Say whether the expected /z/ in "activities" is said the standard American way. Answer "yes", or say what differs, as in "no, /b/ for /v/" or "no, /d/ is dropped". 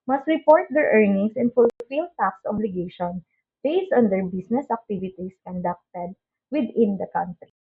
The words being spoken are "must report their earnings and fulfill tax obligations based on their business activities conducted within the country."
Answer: no, /s/ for /z/